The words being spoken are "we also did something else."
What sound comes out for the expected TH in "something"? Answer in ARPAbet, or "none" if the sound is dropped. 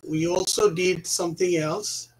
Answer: TH